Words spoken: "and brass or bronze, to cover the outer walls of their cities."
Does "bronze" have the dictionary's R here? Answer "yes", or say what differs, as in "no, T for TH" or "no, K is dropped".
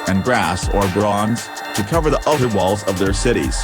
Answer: yes